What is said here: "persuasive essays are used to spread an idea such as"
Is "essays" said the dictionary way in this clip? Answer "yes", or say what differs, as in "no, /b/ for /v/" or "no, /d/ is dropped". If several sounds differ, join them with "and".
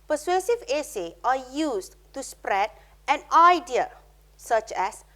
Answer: no, /z/ is dropped